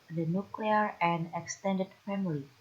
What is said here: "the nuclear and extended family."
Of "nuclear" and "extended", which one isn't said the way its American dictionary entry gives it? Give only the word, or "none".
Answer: none